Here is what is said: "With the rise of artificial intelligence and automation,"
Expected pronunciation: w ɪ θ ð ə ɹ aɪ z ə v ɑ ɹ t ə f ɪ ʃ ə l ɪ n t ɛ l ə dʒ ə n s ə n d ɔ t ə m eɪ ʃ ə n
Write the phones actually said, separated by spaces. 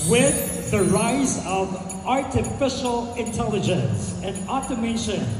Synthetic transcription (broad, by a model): w ɪ ð ə ɹ aɪ z ə v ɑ ɹ t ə f ɪ ʃ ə l ɪ n t ɛ l ə dʒ ə n s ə n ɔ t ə m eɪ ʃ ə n